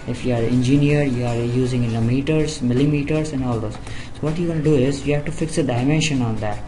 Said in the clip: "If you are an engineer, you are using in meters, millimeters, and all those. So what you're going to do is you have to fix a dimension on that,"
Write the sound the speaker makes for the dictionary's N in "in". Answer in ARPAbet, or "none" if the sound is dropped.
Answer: L